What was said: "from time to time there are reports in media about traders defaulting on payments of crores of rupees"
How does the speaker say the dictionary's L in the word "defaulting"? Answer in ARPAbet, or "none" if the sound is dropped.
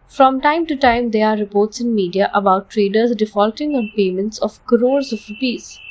L